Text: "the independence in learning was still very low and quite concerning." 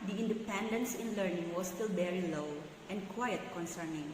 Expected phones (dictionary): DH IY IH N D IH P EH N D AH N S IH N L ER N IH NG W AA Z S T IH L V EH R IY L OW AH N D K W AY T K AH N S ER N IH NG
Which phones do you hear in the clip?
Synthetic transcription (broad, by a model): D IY IH N D IH P EH N D AH N S IH N L ER N IH NG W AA S T IH L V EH R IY L OW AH N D K W AY T K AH N S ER N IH NG